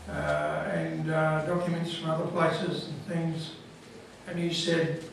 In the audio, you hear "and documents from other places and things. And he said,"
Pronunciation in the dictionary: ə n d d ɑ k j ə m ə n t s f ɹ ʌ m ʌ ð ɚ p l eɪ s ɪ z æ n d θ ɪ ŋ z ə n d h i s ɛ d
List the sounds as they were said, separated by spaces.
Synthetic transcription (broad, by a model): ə n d d ɑ k j ə m ə n t s f ɹ ʌ m ʌ ð ɚ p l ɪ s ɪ z n θ ɪ ŋ z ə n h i s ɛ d